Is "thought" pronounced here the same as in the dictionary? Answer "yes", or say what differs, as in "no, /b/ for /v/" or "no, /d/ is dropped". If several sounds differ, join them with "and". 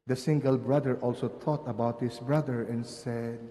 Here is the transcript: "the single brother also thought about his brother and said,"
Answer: no, /t/ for /θ/